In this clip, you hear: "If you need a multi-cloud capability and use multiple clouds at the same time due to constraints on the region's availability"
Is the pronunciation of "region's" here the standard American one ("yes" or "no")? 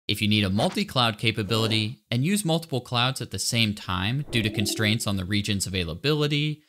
yes